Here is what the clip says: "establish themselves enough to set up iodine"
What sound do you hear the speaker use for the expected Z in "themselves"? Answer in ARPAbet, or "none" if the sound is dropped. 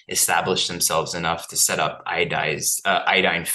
Z